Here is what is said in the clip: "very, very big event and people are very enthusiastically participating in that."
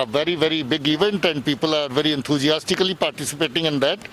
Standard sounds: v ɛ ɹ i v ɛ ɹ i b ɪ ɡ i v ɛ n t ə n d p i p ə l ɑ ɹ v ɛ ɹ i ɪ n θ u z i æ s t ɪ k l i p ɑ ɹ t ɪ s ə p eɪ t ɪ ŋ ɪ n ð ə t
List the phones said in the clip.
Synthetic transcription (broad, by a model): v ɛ ɹ i v ɛ ɹ i b ɪ ɡ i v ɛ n t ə n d p i p ə l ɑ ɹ v ɛ ɹ i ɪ n t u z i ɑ s t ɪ k l i p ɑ ɹ t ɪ s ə p eɪ t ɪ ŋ ɪ n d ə t